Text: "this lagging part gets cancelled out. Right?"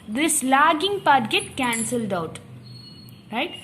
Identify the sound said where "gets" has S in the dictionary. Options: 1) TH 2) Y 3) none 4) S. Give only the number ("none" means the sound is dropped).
3